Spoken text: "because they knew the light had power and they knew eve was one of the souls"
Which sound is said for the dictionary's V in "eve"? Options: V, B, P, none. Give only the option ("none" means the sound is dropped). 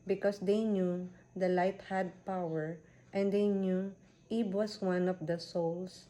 B